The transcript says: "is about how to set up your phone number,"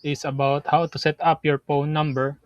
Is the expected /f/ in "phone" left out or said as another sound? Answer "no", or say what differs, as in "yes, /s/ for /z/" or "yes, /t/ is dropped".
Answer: yes, /p/ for /f/